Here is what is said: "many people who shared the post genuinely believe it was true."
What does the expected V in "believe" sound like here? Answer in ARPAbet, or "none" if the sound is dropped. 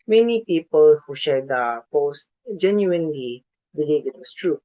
none